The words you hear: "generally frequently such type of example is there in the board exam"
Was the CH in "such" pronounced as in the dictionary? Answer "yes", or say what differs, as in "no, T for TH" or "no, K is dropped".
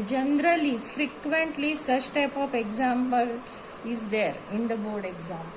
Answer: no, S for CH